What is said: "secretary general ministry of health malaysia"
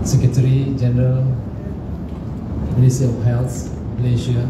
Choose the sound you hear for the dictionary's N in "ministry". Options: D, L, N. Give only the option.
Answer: L